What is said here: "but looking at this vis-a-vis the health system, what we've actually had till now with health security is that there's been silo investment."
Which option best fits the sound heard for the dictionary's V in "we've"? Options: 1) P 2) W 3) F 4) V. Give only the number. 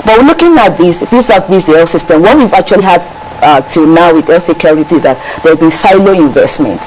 4